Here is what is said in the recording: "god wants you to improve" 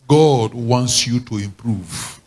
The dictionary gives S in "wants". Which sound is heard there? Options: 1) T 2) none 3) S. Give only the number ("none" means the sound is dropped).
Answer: 3